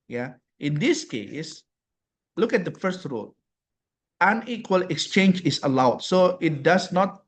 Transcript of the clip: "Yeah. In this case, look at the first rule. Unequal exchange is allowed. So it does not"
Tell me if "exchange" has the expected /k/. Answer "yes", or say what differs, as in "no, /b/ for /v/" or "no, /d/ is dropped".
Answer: yes